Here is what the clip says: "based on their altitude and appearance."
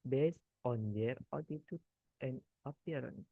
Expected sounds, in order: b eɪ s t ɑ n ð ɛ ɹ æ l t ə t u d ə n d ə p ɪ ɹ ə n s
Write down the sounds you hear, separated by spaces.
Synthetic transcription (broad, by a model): b eɪ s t ɑ n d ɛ ɹ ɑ t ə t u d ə n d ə p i ɹ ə n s